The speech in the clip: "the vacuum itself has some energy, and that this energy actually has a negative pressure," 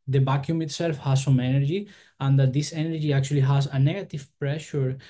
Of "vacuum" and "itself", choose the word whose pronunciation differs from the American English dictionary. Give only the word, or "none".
vacuum